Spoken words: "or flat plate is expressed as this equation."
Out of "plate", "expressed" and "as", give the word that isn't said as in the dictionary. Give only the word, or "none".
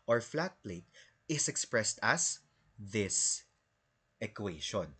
as